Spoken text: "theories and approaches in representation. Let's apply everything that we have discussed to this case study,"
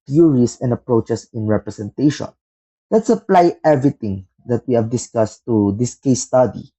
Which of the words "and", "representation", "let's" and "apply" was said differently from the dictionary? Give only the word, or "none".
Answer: representation